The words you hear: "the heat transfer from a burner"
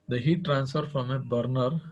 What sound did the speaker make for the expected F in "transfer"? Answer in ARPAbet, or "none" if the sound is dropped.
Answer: F